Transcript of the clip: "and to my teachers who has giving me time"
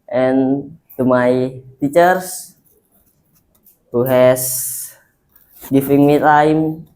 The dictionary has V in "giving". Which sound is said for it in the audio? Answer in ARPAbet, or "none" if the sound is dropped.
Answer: F